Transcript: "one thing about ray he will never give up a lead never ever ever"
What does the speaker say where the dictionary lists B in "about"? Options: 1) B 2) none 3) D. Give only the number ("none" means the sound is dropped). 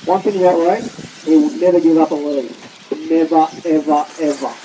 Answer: 2